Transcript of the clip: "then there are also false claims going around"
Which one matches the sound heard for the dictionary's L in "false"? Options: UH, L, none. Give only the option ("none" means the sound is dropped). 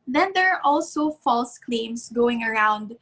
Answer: L